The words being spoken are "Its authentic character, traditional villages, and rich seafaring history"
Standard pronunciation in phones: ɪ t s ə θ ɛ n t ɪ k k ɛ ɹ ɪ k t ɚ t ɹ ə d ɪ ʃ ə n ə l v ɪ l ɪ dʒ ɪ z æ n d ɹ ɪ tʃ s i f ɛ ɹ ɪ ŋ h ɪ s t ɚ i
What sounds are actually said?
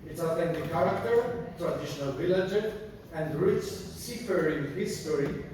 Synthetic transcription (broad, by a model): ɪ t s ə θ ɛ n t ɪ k k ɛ ɹ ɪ k t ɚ t ɹ ə d ɪ ʃ ə n ə l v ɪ l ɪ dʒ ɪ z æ n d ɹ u s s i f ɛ ɹ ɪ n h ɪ s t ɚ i